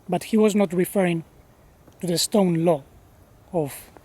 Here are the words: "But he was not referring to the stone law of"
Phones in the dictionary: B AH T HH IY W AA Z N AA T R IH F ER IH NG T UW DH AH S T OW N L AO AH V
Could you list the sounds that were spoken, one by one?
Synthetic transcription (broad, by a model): B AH T HH IY W AA Z N AA T R IH F ER IH NG T UW DH AH S T OW N L AO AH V